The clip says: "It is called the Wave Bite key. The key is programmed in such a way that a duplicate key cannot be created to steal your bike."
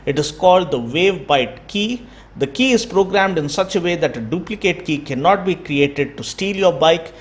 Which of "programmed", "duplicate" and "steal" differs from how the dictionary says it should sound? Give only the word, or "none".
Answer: none